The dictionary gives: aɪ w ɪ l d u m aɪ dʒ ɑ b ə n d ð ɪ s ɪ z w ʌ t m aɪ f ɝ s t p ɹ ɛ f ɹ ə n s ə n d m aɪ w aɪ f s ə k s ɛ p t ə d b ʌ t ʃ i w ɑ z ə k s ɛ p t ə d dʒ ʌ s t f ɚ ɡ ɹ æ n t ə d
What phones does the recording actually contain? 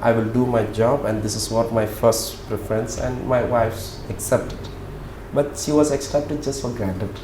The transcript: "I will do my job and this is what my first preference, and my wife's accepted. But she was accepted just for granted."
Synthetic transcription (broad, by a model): aɪ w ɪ l d u m aɪ dʒ ɑ b ə n d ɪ s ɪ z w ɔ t m aɪ f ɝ s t p ɹ ɛ f ɹ ə n s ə n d m aɪ w aɪ f s ə k s ɛ p t ə d b ʌ t ʃ i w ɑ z ə k s ɛ p t ə d dʒ ʌ s t f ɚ ɡ ɹ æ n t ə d